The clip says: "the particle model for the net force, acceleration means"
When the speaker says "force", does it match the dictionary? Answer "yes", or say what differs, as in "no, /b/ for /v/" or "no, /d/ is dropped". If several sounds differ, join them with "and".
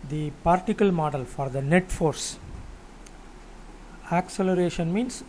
yes